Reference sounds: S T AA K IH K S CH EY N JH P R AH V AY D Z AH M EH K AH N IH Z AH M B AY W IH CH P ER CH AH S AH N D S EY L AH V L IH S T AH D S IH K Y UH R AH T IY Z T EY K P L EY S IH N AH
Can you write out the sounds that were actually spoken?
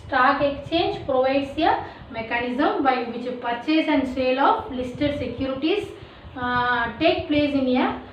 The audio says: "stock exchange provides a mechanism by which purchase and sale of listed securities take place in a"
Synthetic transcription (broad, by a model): S T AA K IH K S CH EY N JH P R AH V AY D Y AH M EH K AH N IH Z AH M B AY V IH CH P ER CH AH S AH N D S EY L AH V L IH S T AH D S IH K Y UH R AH T IY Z T EY K P L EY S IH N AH